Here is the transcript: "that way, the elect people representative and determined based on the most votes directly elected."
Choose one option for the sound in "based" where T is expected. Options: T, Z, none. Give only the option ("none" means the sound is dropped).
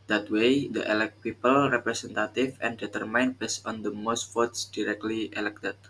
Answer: none